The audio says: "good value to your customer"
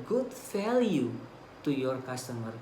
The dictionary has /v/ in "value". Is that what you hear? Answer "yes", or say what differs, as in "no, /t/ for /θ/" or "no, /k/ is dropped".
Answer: no, /f/ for /v/